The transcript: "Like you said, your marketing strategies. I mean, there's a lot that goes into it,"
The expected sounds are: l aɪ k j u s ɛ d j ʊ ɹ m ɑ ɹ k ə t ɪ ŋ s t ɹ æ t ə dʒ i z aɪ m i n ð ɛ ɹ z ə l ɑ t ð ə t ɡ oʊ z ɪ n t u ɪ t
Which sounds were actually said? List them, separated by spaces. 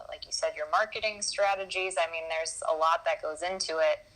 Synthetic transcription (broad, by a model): l aɪ k j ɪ s ɛ d j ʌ ɹ m ɑ ɹ k ə t ɪ ŋ s t ɹ æ t ə dʒ i z aɪ m i n ð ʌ ɹ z ə l ɑ t ð ə t ɡ oʊ z ɪ n t u ɪ t